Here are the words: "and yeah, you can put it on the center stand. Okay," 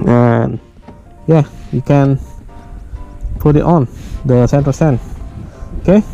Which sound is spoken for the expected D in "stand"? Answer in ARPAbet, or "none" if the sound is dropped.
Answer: none